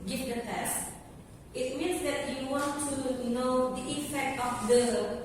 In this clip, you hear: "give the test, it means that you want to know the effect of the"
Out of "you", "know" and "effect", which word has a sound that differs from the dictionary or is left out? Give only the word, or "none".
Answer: effect